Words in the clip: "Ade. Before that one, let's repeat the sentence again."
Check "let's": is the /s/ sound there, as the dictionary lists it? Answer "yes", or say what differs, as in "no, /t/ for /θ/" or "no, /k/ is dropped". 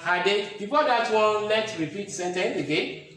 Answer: no, /s/ is dropped